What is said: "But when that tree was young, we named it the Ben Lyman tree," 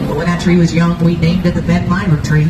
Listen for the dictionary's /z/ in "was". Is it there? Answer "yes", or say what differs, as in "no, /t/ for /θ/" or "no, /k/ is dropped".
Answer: yes